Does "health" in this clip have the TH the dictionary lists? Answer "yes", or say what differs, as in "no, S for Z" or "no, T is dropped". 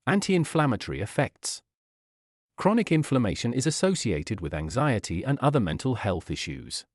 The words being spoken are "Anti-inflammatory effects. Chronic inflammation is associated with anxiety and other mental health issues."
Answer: yes